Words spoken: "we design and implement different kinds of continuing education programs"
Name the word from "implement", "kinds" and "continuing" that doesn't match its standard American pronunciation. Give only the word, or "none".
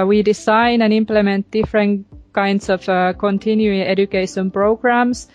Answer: kinds